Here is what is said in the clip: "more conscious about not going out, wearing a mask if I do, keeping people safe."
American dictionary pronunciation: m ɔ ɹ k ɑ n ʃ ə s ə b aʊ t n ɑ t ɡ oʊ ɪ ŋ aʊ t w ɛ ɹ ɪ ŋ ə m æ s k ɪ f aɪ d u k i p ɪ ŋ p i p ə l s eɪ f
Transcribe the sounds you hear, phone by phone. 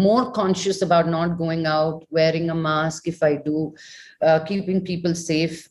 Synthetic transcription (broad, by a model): m ɔ ɹ k ɑ n ʃ ə s ə b aʊ t n ɑ t ɡ oʊ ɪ ŋ aʊ t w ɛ ɹ ɪ ŋ ə m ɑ s k ɪ f aɪ d u k i p ɪ ŋ p i p ə l s eɪ f